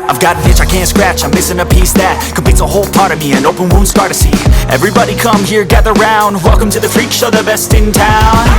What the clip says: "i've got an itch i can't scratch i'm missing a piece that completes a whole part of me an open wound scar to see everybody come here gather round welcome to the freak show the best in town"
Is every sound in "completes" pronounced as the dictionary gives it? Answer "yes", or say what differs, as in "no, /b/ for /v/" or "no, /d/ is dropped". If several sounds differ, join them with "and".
no, /l/ is dropped